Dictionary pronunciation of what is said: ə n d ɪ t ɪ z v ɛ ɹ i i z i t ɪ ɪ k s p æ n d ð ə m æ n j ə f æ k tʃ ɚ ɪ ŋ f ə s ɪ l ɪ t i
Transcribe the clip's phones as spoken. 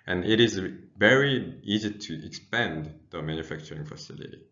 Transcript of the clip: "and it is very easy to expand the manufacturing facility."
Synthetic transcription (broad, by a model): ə n ɪ t ɪ z v ɛ ɹ i i z i t ɪ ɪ k s p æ n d ð ə m æ n j ə f æ k tʃ ɚ ɪ ŋ f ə s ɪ l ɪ t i